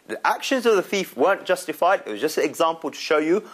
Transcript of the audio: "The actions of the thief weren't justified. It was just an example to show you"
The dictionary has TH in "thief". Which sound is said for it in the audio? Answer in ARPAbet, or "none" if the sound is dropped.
TH